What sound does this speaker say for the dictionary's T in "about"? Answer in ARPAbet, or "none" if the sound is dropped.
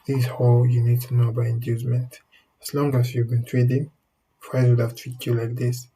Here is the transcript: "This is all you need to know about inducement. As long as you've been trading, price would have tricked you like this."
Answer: none